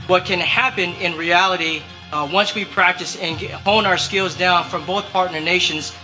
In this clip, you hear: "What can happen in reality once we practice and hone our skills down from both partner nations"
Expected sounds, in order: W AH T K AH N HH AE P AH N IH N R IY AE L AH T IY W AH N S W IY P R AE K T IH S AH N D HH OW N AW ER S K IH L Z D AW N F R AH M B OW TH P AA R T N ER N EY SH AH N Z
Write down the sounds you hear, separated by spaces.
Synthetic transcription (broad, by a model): W AH T K AH N HH AE P AH N IH N R IY AE L AH T IY W AH N S W IY P R AE K T IH S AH N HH OW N AW ER S K IH L Z D AW N F R AH M B OW TH P AA R T N ER N EY SH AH N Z